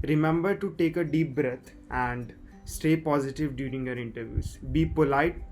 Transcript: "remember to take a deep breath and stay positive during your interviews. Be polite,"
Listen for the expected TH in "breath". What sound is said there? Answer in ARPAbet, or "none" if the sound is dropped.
T